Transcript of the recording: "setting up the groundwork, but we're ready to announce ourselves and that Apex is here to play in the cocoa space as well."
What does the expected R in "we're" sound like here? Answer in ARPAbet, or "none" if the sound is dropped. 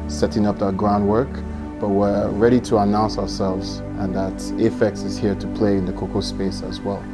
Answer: R